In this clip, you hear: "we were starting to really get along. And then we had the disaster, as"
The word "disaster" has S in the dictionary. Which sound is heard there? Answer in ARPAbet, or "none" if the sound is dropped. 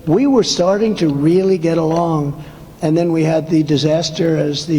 S